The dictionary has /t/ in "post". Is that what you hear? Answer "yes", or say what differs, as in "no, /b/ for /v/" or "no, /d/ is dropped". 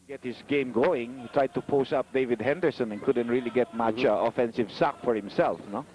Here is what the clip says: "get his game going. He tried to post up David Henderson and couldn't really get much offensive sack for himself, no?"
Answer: no, /t/ is dropped